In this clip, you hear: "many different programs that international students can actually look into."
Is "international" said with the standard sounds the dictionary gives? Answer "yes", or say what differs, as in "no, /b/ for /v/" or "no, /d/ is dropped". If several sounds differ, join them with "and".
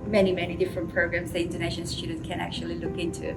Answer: no, /ʃ/ is dropped